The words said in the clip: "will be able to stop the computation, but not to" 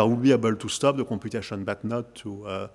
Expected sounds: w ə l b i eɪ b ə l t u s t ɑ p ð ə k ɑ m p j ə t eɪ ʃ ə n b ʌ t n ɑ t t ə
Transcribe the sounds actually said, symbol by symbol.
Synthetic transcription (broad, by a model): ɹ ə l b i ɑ b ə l t u s t ɑ p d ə k ɑ p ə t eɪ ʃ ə n b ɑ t n ɑ t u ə